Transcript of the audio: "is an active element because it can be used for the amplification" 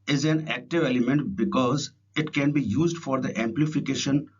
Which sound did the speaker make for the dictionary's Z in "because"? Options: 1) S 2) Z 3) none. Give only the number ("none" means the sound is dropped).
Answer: 2